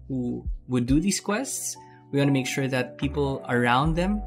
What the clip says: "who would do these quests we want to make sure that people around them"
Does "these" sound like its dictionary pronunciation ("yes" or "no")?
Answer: no